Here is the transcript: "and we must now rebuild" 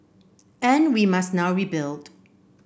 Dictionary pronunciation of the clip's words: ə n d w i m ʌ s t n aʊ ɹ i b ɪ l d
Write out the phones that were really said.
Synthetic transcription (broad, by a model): ə n d w i m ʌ s t n aʊ ɹ i b ɪ l d